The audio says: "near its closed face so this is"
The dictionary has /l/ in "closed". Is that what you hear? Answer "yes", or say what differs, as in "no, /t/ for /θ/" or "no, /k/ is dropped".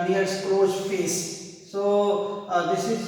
no, /l/ is dropped